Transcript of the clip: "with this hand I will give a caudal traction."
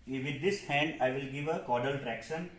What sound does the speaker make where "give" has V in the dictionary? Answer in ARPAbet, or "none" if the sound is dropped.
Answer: V